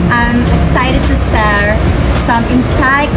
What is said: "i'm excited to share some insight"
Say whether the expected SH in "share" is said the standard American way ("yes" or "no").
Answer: no